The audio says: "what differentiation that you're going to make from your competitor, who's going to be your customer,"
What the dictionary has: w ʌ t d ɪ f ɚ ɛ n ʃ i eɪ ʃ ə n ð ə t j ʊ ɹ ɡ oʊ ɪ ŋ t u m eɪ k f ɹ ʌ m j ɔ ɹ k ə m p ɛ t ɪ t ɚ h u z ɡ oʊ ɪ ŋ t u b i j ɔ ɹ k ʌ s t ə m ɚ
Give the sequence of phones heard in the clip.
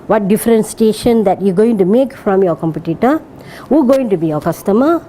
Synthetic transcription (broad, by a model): w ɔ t d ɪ f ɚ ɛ n s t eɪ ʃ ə n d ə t j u ɡ oʊ ɪ ŋ t u m eɪ k f ɹ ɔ m j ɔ k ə m p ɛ t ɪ t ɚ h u ɡ oʊ ɪ ŋ t u b i j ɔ k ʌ s t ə m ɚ